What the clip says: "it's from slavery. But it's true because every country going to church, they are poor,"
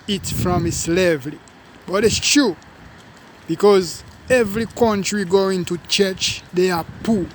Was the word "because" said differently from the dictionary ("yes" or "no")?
no